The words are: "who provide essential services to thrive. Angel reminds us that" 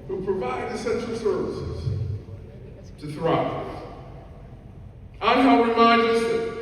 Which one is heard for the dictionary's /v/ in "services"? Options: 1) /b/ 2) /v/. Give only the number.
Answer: 2